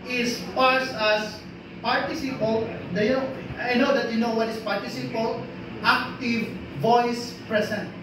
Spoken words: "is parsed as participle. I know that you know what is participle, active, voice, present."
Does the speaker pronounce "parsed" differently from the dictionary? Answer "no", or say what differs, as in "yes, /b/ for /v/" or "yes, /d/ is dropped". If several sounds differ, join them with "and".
yes, /t/ is dropped